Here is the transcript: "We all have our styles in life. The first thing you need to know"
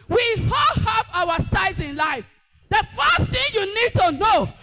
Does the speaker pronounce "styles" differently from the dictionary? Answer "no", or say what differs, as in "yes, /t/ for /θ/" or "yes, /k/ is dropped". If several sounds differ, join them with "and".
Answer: yes, /l/ is dropped